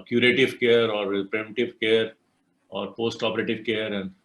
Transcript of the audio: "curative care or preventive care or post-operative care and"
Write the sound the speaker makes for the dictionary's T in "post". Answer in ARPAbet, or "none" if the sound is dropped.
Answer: T